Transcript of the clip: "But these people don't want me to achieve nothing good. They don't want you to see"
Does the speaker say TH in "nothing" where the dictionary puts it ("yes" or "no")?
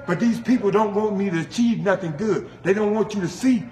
yes